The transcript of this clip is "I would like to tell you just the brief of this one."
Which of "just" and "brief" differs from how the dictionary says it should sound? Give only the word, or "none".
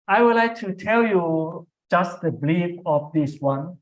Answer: brief